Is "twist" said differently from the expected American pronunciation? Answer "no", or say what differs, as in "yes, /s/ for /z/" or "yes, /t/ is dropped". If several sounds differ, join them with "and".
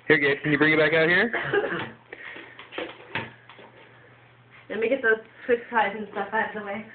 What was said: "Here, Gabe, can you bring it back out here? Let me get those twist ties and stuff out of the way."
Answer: yes, /s/ is dropped